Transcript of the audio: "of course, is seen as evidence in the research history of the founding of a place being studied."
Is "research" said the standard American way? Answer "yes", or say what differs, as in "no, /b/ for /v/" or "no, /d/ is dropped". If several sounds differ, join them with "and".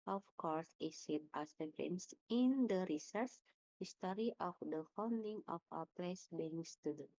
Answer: no, /s/ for /tʃ/